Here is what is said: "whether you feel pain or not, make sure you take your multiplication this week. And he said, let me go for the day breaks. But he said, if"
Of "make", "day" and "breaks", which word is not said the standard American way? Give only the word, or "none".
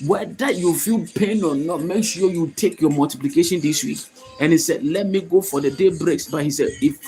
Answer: none